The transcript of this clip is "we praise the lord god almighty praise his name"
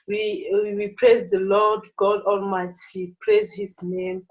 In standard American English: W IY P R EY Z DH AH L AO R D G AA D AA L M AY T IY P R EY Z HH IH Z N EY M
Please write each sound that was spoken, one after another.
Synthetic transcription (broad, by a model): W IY P R EY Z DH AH L AO D G AA D AA L M AY T IY P R EY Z HH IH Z N EY M